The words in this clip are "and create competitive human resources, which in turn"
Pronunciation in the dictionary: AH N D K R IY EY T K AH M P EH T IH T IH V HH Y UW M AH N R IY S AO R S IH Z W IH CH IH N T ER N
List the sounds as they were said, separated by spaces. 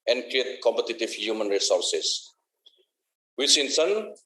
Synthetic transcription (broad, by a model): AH N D K R IY EY T K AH M P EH T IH T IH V HH Y UW M AH N R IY S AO R S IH S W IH S IH N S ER N